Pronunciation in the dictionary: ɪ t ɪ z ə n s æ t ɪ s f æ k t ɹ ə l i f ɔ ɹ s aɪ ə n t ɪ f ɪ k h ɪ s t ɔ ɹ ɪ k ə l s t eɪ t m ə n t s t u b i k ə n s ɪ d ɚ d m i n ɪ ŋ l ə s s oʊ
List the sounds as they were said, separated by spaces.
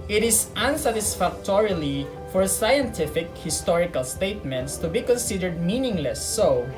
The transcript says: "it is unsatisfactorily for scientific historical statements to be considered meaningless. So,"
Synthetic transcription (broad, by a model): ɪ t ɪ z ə n s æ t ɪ s f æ k t ɹ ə l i f ɔ ɹ s aɪ ə n t ɪ f ɪ k h ɪ s t ɔ ɹ ɪ k ə l s t eɪ t m ə n t s t u b i k ə n s ɪ d ɚ d m i n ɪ ŋ l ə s s oʊ